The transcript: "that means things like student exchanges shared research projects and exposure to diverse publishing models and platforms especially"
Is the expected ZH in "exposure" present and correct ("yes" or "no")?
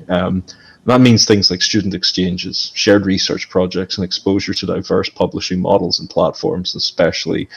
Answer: yes